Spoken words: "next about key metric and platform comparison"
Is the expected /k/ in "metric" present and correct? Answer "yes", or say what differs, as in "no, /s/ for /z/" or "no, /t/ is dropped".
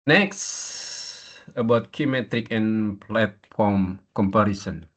yes